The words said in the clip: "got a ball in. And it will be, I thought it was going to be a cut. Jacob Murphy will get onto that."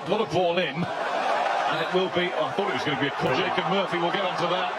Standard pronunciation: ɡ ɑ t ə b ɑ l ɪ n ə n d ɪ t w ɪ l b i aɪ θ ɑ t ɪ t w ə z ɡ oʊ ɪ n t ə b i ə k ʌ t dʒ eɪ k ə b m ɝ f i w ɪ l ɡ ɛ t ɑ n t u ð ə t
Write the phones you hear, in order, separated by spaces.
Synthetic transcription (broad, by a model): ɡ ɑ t ə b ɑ l ɪ n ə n ɪ t w ɪ l b i aɪ θ ɑ t ɪ t w ə z ɡ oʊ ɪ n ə b i ə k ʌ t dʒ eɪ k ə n m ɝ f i w ɪ l ɡ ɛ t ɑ n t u ð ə t